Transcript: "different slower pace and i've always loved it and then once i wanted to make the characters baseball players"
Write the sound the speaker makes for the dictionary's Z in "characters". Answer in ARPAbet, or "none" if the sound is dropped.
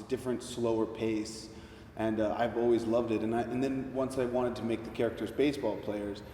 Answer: Z